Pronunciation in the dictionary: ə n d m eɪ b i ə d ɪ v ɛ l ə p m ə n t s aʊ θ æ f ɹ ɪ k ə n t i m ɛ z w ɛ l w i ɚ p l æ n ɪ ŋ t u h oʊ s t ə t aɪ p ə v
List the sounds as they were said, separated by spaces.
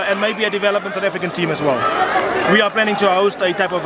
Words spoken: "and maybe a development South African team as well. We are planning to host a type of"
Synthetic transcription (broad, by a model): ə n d m eɪ b i ə d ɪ v ɛ l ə p m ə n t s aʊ t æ f ɹ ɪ k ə n t i m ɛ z w ɛ l w i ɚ p l æ n ɪ ŋ t u h oʊ s t ə t aɪ p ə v